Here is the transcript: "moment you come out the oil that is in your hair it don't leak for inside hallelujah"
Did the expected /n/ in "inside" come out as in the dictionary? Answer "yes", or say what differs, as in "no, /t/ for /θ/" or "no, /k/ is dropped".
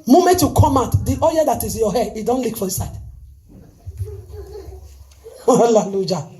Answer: no, /n/ is dropped